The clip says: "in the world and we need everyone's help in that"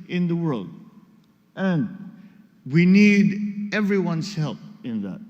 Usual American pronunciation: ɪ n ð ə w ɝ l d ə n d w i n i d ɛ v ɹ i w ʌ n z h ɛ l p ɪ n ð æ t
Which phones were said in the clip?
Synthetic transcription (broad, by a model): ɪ n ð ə w ɝ l d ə n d w i n i d ɛ v ɹ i w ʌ n s h ɛ l p ɪ n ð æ t